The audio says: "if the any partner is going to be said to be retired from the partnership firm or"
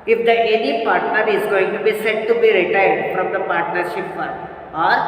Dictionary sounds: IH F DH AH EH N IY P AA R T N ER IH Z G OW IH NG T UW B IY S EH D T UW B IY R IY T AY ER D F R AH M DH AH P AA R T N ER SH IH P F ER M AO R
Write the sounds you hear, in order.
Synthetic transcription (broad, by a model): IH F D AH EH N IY P AA R T N ER IH Z G OW IH NG T UW B IY S EH D T UW B IY R IY T AY ER D F R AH M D AH P AA R T N ER SH IH P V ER AO R